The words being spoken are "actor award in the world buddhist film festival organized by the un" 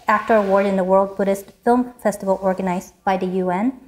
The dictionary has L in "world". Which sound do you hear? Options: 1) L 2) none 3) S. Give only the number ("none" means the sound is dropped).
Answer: 1